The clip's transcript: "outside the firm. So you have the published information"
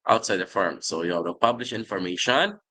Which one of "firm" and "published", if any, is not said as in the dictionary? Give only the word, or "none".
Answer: published